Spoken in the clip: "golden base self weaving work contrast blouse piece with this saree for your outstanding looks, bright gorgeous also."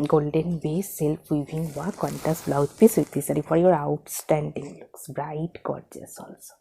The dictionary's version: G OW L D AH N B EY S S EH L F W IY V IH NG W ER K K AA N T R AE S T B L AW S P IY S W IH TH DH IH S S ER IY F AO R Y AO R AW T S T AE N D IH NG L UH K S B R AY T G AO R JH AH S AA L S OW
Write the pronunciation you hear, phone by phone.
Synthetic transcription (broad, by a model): G OW L D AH N B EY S S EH L P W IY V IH NG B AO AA K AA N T AE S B L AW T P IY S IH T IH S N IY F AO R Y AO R AW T S T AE N D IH NG L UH K S B R AY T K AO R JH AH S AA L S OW